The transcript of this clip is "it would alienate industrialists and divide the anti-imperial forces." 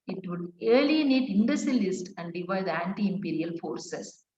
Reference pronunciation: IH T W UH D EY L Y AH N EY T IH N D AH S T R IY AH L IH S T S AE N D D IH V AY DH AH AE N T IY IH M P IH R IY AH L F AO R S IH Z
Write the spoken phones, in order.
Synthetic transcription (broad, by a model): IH T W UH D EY L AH N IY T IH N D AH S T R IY L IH S T AE N D D IH V AY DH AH AE N T IY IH M P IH R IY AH L F AO R S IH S